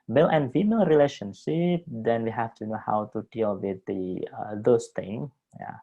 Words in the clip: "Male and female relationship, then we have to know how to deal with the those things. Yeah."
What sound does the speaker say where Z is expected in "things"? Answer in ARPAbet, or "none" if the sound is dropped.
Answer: none